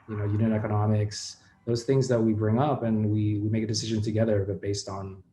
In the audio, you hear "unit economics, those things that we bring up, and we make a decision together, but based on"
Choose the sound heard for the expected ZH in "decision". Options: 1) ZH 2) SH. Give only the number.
1